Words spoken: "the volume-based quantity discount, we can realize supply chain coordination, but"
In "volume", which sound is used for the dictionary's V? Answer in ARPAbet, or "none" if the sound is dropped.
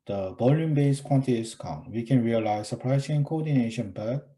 B